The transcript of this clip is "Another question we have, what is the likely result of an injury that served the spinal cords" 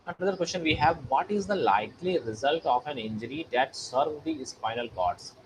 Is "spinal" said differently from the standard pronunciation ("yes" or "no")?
yes